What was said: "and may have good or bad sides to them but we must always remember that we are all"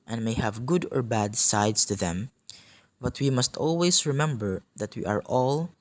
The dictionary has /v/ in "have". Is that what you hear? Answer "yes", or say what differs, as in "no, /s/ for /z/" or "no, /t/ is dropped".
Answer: yes